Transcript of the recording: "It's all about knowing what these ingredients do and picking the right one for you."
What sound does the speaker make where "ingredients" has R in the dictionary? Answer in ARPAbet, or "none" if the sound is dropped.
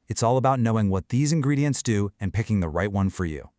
R